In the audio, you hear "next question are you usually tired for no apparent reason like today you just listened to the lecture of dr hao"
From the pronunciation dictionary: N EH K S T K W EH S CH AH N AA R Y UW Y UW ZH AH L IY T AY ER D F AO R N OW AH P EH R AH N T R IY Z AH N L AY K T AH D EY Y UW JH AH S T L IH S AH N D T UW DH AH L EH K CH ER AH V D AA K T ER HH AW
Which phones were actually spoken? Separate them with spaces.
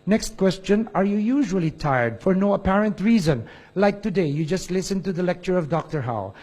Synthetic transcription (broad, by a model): N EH K S T K W EH S CH AH N AA R Y UW Y UW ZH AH L IY T AY ER D F AO R N OW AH P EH R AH N T R IY Z AH N L AY K T AH D EY Y UW JH AH S T L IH S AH N T UW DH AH L EH K CH ER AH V D AA K T ER HH AW